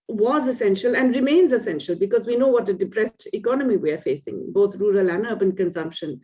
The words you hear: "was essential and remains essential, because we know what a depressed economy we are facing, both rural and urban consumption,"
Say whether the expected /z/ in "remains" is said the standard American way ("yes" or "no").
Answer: yes